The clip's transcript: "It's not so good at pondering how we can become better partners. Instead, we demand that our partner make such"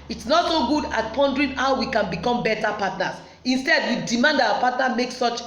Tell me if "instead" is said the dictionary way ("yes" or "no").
yes